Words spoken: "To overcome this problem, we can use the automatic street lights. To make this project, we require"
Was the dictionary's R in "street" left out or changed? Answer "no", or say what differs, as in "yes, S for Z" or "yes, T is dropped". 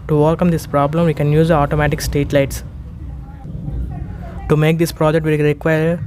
yes, R is dropped